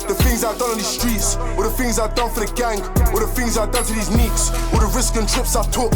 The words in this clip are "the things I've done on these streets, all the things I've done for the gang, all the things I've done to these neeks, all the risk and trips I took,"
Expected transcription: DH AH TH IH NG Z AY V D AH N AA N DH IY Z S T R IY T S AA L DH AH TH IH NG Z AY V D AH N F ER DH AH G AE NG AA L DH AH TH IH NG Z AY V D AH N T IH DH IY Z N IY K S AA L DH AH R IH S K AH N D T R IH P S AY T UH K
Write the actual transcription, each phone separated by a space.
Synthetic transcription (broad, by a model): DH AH TH IH NG Z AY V D AH N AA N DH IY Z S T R IY T S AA DH AH TH IH NG Z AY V D AH N F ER DH AH G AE NG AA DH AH TH IH NG Z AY D AH N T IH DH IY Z N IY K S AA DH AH R IH S K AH N T R IH P S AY T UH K